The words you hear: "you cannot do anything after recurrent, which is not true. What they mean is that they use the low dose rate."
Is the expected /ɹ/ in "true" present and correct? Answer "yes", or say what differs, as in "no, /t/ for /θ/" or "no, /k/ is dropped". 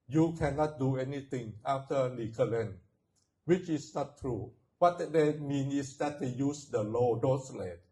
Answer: yes